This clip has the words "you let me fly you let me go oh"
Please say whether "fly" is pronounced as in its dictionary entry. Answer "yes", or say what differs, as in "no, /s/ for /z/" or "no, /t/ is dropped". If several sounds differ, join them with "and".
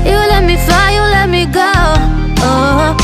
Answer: no, /l/ is dropped